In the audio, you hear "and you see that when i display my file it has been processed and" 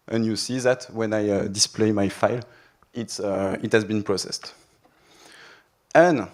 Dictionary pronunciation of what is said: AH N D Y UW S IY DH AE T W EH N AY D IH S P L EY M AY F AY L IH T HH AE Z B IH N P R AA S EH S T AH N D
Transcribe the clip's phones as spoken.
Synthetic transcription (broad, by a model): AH N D Y UW S IY DH AE T W EH N AY D IH S P L EY M AY F AY L IH T HH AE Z B IH N P R AA S EH S T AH N